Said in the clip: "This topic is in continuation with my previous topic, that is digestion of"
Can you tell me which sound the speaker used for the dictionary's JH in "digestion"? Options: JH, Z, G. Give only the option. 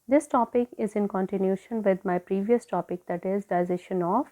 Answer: Z